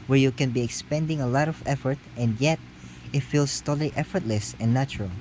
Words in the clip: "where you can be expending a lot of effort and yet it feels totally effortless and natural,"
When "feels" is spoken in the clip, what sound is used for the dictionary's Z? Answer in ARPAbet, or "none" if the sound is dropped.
S